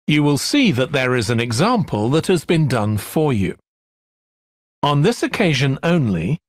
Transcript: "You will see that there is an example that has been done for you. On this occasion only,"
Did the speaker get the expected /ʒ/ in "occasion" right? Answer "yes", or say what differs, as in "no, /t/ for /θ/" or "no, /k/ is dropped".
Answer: yes